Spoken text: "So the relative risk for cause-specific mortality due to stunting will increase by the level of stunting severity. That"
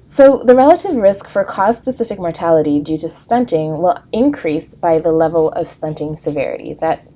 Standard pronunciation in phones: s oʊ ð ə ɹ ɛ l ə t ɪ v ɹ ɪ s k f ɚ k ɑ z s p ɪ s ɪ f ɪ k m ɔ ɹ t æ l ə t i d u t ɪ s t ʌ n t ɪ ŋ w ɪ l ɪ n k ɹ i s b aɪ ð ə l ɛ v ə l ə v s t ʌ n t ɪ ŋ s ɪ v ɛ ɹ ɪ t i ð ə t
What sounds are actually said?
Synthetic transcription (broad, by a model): s oʊ ð ə ɹ ɛ l ə t ɪ v ɹ ɪ s k f ɚ k ɑ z s p ɪ s ɪ f ɪ k m ɔ ɹ t æ l ə t i d u t ɪ s t ʌ n t ɪ ŋ w ɪ l ɪ n k ɹ i s b aɪ ð ə l ɛ v l ə v s t ʌ n t ɪ ŋ s ɪ v ɛ ɹ ɪ t i ð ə t